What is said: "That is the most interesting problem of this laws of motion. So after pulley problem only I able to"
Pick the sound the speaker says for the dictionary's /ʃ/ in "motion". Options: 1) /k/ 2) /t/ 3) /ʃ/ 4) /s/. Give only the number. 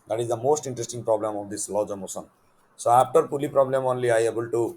4